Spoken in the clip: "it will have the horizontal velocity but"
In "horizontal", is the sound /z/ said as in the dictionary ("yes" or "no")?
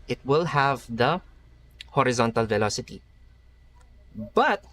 yes